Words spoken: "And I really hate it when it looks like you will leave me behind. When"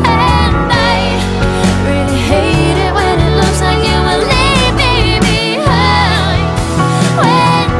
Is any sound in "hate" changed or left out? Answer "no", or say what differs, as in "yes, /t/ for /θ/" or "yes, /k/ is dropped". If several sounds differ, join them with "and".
no